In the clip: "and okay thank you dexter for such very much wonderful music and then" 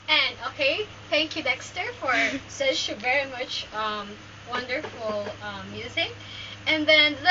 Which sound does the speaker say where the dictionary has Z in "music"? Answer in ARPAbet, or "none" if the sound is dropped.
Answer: Z